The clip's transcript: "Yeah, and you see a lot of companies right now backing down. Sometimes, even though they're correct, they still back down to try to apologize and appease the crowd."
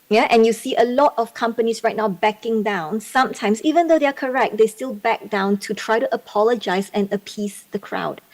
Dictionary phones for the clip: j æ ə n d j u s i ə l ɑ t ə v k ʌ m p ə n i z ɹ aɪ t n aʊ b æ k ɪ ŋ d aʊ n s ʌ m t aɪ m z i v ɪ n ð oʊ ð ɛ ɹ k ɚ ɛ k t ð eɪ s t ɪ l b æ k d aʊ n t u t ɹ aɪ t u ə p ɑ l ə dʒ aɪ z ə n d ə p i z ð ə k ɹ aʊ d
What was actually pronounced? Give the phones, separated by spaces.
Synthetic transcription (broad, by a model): j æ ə n j u s i ə l ɑ t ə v k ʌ m p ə n i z ɹ aɪ t n aʊ b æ k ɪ ŋ d aʊ n s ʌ m t aɪ m s i v ɪ n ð oʊ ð ɛ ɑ k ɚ ɛ k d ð eɪ s t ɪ l b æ k d aʊ n t u t ɹ aɪ t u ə p ɑ l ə dʒ aɪ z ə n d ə p i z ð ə k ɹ aʊ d